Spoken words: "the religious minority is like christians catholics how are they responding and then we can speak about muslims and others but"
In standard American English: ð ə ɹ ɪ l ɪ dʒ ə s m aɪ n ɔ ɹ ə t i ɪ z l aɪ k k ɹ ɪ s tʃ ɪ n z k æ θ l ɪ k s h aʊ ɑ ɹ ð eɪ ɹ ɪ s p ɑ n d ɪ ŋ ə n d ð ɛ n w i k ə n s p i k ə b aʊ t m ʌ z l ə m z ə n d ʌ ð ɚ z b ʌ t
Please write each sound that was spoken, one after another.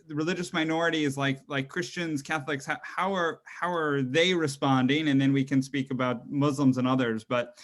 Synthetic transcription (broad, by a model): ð ɹ ɪ l ɪ dʒ ə s m aɪ n ɔ ɹ ə t i ɪ z l aɪ k k ɹ ɪ s tʃ ɪ n z k æ θ l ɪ k s h aʊ ɑ ɹ ð eɪ ɹ ɪ s p ɑ n d ɪ ŋ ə n ð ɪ n w i k ə n s p i k ə b aʊ t m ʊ z l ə m z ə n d ʌ ð ɚ z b ʌ t